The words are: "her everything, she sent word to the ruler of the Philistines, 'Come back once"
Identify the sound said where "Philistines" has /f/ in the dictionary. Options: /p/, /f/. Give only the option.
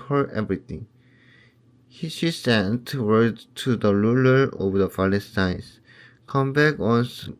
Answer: /p/